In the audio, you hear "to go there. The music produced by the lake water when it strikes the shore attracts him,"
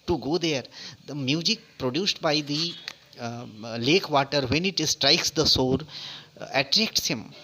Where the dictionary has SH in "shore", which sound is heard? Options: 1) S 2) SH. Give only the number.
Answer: 1